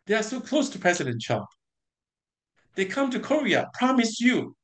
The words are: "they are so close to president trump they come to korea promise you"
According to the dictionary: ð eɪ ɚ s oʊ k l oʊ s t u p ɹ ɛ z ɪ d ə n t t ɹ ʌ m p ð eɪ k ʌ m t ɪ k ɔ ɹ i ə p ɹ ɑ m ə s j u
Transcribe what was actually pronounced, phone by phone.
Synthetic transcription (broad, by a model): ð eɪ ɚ s oʊ k l oʊ s t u p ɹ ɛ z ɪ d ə n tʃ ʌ p ð eɪ k ʌ m t ɪ k ɔ ɹ i ə p ɹ ɑ m ə s j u